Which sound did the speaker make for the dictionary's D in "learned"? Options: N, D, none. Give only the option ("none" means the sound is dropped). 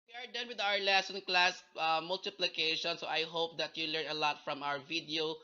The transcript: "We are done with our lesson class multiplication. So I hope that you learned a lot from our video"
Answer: none